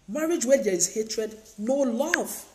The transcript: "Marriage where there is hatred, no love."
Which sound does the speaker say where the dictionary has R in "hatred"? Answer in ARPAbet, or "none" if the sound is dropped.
R